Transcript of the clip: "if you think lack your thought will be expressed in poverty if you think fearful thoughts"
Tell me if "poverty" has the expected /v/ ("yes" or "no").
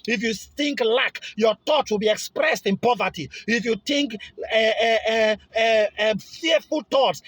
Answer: yes